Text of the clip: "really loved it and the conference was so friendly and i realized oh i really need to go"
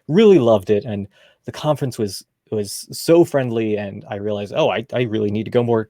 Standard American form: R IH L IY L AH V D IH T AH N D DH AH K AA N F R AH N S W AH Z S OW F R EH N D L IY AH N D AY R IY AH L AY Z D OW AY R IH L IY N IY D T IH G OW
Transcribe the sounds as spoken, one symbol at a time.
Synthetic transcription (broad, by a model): R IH L IY L AH V D IH T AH N DH AH K AA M F R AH N S W AH Z S OW F R EH N D L IY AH N AY R IY AH L AY Z D OW AY R IH L IY N IY D T IH G OW